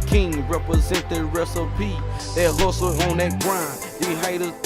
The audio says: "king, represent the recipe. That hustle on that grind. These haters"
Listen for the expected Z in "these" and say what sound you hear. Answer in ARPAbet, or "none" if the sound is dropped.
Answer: none